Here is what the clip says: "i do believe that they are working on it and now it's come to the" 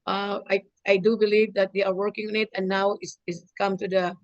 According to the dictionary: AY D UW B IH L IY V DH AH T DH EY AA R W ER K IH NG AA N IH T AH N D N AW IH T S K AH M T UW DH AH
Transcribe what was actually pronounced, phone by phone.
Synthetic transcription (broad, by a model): AY D UW B IH L IY V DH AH T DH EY AA R W ER K IH NG AA N IH T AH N N AW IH S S K AH M T UW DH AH